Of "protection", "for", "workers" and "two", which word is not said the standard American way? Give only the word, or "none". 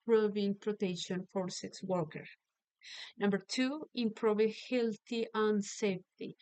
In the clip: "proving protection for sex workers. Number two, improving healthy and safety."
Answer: workers